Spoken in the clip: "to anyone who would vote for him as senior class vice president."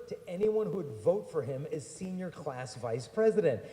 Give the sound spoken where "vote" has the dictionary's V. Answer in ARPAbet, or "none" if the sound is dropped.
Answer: V